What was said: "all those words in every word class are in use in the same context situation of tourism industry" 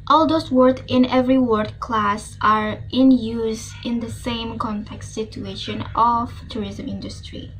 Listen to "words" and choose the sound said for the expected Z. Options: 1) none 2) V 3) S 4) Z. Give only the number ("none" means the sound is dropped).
1